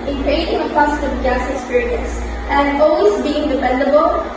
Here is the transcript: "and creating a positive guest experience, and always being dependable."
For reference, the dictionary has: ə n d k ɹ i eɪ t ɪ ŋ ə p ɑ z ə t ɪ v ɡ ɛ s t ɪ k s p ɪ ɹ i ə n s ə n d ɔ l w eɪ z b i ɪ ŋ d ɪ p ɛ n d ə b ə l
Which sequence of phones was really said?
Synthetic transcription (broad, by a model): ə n k ɹ i eɪ t ɪ ŋ ə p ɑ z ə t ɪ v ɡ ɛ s ɪ k s p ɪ ɹ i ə n s ə n d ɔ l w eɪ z b i ɪ ŋ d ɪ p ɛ n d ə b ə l